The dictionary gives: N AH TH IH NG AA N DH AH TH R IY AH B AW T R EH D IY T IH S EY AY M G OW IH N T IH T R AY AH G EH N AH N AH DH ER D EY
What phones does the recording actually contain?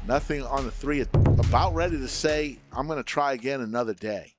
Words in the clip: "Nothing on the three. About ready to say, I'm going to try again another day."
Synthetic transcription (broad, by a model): N AH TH IH NG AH N DH AH TH R IY AH B AW T R EH D IY T IH S EY AY M G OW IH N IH T R AY AH G EH N AH N AH DH ER D EY